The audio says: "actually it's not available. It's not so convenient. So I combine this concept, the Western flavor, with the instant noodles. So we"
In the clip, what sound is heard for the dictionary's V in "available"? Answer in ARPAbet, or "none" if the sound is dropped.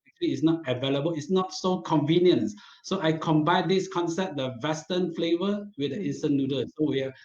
V